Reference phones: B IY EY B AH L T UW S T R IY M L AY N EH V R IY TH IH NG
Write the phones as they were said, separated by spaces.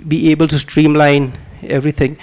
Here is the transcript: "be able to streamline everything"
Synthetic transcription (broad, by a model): B IY EY B AH L T UW S T R IY M L AY N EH V R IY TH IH NG